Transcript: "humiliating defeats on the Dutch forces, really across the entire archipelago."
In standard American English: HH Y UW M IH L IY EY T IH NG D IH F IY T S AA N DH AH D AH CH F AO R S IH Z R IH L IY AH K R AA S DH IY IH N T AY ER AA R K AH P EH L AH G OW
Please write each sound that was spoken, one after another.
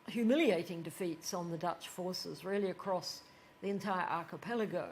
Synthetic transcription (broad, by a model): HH Y UW M IH L IY EY T IH NG D IH F IY T S N DH AH D AH CH F AO R S IH Z R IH L IY AH K R AA S DH IY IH N T AY ER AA R K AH P EH L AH G OW